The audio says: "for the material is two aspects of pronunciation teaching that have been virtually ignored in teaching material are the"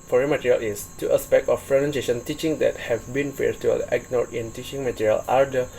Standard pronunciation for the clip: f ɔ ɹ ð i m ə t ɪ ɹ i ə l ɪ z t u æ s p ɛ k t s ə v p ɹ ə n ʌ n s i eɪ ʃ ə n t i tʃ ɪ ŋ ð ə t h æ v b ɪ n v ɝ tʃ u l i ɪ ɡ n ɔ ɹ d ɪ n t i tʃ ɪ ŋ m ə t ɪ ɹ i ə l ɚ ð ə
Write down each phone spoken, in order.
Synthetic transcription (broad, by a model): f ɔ ɹ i m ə t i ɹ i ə l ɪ s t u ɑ s p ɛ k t ə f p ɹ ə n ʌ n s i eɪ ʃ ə n t i tʃ ɪ ŋ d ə t h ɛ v b ɪ n f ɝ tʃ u i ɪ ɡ n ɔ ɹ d ɪ n t i tʃ ɪ ŋ m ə t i ɹ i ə l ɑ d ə